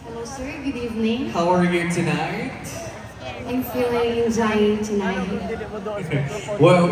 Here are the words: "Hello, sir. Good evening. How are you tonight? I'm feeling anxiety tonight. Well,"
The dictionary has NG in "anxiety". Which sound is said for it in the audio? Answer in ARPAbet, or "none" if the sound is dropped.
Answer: none